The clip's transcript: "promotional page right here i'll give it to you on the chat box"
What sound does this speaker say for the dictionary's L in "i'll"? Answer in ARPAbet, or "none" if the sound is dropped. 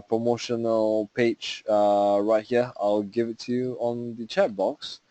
L